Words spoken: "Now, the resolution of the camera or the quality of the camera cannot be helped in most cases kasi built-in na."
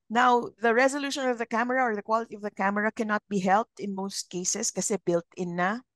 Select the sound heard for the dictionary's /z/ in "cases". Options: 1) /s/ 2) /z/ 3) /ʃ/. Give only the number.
1